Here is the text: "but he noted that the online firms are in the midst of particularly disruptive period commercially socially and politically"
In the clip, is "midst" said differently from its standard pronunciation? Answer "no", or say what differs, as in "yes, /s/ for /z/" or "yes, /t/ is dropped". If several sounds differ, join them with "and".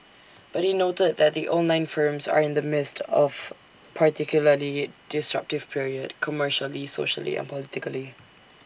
no